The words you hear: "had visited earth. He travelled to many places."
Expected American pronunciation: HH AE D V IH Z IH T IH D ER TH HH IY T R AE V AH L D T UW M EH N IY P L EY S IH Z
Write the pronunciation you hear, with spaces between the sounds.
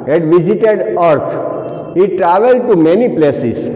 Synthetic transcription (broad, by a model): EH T V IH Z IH T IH D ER T HH IY T R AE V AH L D T UW M EH N IY P L EY S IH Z